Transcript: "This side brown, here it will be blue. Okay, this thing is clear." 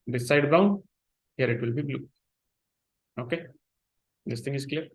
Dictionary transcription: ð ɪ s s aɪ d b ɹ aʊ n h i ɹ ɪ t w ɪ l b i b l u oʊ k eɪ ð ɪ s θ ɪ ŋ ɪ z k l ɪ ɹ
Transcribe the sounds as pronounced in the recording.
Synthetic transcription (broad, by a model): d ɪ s s aɪ d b aʊ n h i ɹ ɪ t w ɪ l b i b l u oʊ k eɪ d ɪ s t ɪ ŋ ɪ z k l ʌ ɹ